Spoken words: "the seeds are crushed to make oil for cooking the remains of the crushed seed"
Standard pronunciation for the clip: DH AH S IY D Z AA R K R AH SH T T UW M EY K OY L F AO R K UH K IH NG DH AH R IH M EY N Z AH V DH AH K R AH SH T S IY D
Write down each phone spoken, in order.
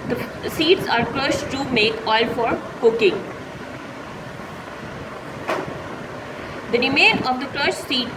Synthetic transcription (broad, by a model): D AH S IY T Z AA R K R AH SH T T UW M EY K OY L F AO R K UH K IH NG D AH R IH M EY N AH V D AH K R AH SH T S IY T